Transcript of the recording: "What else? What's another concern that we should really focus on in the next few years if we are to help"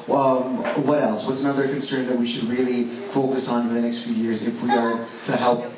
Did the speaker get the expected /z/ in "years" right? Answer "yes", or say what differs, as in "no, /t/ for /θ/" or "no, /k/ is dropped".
yes